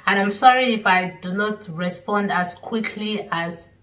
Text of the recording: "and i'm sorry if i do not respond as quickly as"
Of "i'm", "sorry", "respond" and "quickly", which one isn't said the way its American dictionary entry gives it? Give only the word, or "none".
none